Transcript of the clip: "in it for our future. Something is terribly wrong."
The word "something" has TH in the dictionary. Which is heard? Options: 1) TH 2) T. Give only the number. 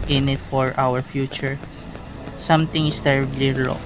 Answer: 2